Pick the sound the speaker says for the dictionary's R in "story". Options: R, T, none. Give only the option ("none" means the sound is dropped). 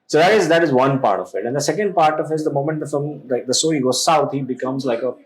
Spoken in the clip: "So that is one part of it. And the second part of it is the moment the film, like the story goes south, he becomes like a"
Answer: none